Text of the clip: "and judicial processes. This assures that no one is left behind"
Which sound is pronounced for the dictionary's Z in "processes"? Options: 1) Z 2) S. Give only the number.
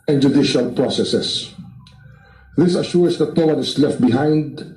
2